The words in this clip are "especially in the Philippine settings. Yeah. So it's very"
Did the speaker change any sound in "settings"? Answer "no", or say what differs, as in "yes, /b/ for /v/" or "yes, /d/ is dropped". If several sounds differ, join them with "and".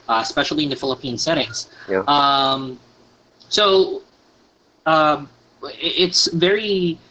no